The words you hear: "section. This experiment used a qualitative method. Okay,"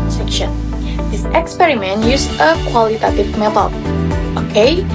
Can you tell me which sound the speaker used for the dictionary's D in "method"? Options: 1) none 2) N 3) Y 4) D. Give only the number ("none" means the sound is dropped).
1